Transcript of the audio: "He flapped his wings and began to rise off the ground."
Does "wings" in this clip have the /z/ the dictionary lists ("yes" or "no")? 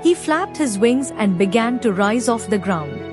yes